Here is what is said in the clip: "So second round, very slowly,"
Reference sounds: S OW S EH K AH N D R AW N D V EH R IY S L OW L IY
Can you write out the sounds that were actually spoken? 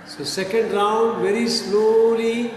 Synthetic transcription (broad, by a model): S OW S EH K AH N D R AW N D V EH R IY S L OW L IY